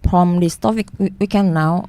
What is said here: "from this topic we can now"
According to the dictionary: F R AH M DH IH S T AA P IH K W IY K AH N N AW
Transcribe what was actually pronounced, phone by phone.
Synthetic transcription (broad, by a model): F R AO M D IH S T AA F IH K W IY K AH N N AW